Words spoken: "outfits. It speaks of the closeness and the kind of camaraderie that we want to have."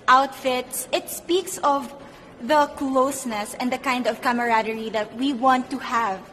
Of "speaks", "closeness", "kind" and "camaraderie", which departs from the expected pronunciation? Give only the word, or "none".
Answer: none